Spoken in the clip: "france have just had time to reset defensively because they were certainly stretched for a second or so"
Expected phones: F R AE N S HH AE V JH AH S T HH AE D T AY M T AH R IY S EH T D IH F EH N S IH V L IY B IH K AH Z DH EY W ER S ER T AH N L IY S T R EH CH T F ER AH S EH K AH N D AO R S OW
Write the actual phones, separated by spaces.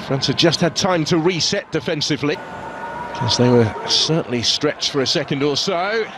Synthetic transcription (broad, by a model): F R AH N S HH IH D JH AH S T HH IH D T AY M T AH R IY S EH T D IH F EH N S IH V L IY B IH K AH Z DH EY W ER S ER T N L IY S T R EH CH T F ER AH S EH K AH N D AO L S OW